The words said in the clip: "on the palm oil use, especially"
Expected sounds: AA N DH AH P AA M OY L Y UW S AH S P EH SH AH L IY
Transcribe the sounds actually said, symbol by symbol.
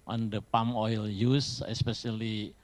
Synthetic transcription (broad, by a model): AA N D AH P AA M OY L Y UW S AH S P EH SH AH L IY